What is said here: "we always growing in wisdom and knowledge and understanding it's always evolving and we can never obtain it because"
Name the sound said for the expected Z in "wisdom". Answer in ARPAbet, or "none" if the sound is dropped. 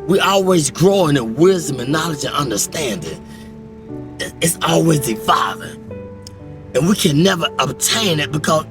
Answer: Z